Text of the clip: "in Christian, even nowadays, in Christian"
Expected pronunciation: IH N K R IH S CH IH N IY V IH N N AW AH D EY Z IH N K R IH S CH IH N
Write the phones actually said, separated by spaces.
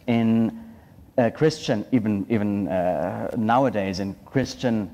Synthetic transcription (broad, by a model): IH N K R IH S CH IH N IY V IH N N AW AH D EY Z IH N K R IH S CH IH N